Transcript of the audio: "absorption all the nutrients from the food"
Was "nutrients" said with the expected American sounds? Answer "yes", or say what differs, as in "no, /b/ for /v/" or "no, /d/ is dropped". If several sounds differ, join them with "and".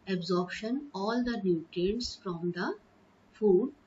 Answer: no, /ɹ/ is dropped